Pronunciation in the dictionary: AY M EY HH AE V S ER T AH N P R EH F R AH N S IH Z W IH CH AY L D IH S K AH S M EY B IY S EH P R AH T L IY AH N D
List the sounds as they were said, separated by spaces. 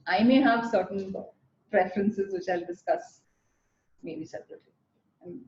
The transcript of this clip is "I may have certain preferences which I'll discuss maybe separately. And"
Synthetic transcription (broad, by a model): AY M EY HH AE V S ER T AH N P R EH F R AH N S IH Z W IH CH AY L D IH S K AH S M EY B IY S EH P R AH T IY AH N